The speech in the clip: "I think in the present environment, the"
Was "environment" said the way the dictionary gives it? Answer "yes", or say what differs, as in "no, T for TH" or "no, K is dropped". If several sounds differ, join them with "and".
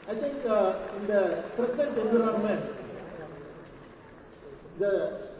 no, V is dropped